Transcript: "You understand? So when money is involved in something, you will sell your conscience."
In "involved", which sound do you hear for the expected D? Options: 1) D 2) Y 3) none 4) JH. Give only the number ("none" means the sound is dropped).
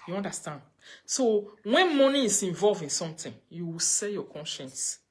3